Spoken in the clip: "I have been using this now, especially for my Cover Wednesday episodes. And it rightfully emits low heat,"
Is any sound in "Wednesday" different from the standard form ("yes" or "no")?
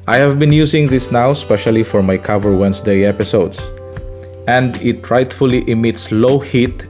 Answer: yes